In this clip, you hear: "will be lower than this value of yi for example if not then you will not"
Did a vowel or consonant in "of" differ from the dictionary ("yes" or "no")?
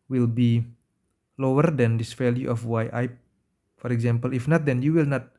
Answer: yes